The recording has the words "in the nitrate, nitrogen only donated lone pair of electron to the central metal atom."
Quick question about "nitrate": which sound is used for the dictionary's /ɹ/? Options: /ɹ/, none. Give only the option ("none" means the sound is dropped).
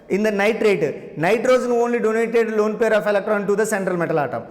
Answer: /ɹ/